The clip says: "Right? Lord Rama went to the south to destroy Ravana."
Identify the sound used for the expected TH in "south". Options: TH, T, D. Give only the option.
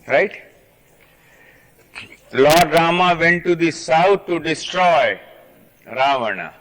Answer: T